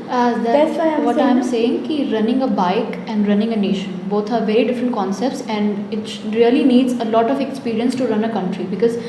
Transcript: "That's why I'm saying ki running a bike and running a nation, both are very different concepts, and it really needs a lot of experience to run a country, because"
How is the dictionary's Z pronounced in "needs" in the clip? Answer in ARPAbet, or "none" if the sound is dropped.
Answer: Z